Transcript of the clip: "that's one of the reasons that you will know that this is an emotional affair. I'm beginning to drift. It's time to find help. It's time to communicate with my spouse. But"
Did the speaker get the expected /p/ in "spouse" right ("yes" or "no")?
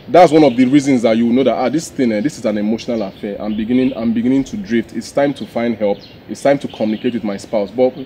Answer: yes